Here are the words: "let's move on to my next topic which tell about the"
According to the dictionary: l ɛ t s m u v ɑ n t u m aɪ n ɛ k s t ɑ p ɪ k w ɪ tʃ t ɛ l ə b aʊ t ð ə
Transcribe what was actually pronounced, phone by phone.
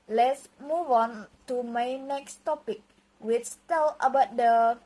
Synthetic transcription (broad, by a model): l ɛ t s m u v ɑ n t u m aɪ n ɛ k s t ɑ p ɪ k w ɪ s t ɛ l ə b aʊ t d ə